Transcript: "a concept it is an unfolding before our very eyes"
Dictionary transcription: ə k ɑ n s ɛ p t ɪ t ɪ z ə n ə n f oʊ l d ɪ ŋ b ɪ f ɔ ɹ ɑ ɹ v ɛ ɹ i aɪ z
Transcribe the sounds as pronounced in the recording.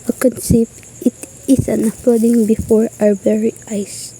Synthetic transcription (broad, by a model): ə k ɑ n s ɛ p t ɪ t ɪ s ə n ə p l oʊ d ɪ ŋ b ɪ f ɔ ɹ ɑ ɹ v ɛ ɹ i aɪ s